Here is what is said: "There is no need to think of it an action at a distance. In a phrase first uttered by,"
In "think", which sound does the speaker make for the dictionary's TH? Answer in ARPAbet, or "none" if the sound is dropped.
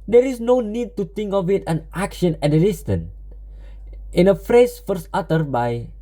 T